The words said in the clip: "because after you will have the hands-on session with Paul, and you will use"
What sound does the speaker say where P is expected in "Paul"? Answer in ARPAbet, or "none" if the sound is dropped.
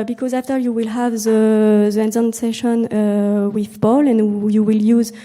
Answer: B